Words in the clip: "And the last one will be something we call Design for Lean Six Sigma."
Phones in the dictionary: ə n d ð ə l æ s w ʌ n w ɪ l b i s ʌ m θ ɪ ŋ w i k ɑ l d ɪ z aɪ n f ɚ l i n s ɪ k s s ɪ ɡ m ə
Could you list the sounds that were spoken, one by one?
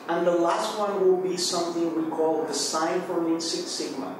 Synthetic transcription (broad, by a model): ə n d ð ə l æ s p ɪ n w ɪ l b i s ʌ m θ ɪ ŋ w i k ɑ l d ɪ s aɪ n f ɚ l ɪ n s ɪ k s s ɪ ɡ m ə